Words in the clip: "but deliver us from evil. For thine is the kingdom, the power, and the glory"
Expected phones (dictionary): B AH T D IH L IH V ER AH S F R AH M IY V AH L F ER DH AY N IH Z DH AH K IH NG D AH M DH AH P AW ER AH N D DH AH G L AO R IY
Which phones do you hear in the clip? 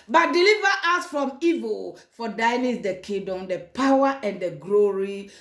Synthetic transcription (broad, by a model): B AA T D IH L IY V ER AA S F R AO M IY V AH L F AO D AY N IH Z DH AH K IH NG D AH M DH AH P AW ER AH N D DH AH G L AO R IY